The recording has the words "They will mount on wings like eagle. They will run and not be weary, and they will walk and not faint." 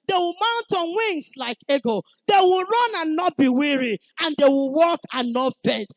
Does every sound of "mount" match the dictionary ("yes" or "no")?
yes